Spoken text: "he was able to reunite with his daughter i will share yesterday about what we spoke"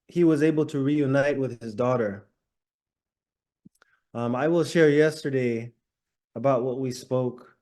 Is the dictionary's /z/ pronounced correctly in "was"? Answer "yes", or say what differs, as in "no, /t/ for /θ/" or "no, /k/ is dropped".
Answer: yes